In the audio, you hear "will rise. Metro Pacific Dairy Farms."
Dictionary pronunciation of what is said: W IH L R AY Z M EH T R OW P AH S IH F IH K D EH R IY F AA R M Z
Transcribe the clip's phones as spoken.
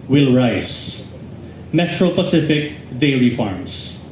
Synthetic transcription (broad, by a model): W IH L R AY S M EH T R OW P AH S IH F IH K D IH L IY F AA R M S